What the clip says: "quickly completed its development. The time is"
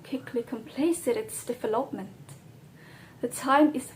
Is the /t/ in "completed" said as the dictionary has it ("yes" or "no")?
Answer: no